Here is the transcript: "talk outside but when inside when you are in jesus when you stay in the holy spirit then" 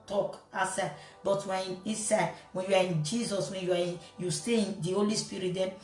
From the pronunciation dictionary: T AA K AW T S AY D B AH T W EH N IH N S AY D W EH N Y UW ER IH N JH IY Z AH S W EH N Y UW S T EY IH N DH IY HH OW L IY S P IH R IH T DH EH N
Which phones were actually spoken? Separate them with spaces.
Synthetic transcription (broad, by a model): T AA K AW S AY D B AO T W EH N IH S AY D W EH N Y UW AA IH N JH IY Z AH S W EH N Y UW S T EY IH N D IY HH OW L IY S P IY R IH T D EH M